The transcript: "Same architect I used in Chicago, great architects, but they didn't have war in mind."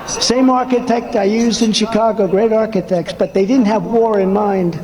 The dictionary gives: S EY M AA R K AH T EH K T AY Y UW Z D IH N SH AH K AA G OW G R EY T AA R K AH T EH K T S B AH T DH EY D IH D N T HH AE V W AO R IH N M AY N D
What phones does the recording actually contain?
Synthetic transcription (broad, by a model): S EY M AA R K AH T EH K T AY Y UW Z D IH N SH AH K AA G OW G R EY T AA R K AH T EH K T S B AH T DH EY D IH D N T HH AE V W AO R IH N M AY N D